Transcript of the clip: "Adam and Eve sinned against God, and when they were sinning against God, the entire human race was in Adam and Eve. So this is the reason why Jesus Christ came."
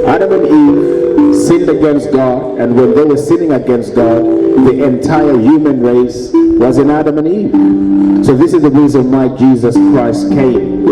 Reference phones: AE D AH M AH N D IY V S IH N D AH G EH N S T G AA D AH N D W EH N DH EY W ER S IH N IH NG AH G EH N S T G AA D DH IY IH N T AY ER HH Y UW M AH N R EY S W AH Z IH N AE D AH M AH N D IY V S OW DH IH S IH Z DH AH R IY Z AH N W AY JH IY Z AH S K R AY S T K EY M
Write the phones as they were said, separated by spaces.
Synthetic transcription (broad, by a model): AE D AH M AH N IY V S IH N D AH G EH N S T G AA D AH N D W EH N DH EY W ER S IH N IH NG AH G EH N S T G AA D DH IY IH N T AY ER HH Y UW M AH N R EY S W AH Z IH N AE D AH M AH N IY V S OW DH IH S IH Z DH AH R IY Z AH N W AY JH IY Z AH S K R AY S T K EY M